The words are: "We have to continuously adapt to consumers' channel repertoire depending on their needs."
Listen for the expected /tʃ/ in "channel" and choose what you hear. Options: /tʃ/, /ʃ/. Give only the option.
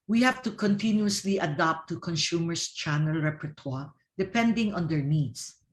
/tʃ/